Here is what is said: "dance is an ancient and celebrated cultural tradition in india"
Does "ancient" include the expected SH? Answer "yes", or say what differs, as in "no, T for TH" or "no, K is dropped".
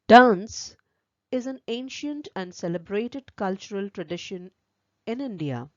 yes